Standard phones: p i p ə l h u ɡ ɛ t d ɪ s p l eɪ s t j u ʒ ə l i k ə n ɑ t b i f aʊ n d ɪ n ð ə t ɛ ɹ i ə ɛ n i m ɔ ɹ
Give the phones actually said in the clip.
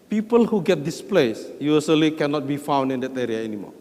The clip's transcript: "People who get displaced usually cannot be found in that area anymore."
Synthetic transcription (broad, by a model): p i p ə l h u ɡ ɛ t d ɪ s p l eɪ s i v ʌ s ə l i k ə n ɑ t b i f aʊ n d ɪ n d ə t ɛ ɹ i ə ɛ n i m ɔ